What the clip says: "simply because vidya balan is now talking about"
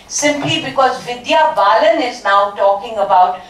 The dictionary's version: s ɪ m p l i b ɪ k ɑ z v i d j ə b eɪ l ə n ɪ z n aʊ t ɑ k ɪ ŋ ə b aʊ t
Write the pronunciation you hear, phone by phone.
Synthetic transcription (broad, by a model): s ɪ m p l i b ɪ k ɑ z v i d j ə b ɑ l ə n ɪ z n aʊ t ɑ k ɪ ŋ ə b aʊ t